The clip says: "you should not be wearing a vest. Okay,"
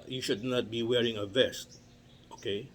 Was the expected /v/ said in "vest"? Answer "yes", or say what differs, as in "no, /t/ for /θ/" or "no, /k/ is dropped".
yes